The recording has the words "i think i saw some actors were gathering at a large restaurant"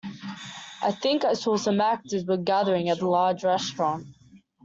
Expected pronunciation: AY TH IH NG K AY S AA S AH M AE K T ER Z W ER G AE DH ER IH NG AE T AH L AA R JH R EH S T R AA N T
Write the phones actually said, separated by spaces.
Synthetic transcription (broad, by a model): AY TH IH NG K AY S AA S AH M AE K T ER Z W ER G AE DH ER IH NG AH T AH L AA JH R EH S T R AA N T